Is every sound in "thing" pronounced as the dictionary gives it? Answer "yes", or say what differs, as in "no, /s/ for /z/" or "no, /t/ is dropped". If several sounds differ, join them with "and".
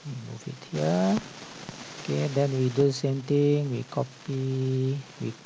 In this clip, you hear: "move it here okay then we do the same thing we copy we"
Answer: no, /t/ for /θ/